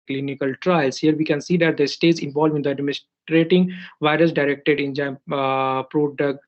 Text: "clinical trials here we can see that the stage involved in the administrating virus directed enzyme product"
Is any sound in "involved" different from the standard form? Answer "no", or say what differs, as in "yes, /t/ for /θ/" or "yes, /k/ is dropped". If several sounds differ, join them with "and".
yes, /d/ is dropped